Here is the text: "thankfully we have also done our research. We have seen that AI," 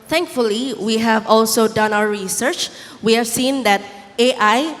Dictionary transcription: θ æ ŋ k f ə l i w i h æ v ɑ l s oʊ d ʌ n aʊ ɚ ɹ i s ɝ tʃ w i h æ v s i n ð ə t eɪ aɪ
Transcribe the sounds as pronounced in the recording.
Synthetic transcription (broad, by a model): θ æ ŋ k f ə l i w i h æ v ɑ l s oʊ d ʌ n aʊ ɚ ɹ i s ɝ tʃ w i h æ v s i n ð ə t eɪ aɪ